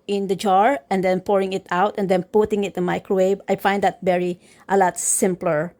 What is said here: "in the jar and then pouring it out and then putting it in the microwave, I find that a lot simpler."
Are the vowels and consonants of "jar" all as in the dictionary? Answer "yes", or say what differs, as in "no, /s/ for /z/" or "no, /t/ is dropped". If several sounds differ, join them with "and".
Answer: yes